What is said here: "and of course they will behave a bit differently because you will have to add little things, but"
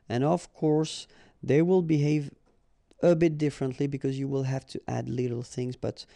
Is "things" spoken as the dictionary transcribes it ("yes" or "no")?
yes